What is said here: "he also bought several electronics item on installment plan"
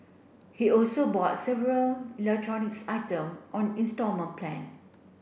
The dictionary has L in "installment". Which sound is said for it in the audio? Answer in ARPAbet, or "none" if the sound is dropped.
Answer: none